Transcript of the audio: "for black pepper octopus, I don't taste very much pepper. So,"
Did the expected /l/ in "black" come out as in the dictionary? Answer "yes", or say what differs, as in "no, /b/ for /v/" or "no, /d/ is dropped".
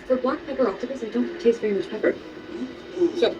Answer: no, /l/ is dropped